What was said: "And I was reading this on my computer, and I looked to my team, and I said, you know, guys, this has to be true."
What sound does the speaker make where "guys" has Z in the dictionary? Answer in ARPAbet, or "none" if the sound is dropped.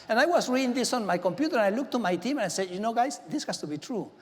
S